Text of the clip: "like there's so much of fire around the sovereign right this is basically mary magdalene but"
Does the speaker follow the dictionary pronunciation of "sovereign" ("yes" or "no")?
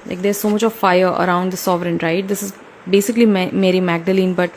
yes